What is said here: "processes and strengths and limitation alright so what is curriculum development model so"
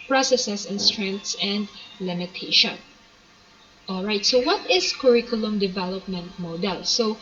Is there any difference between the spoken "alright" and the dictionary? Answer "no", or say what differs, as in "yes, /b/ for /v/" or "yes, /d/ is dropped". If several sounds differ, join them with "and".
no